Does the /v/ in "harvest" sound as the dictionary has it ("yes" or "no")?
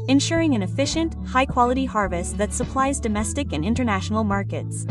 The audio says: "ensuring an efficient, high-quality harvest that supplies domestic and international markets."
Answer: yes